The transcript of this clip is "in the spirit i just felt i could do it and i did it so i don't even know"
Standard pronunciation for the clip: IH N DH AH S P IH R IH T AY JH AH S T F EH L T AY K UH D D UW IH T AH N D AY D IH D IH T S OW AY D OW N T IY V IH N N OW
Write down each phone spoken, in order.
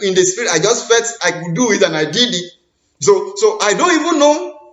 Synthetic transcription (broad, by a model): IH N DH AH S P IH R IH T AY JH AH S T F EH T AY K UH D D UW IH T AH N AY D IH D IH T S OW AY D OW N T IY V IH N N OW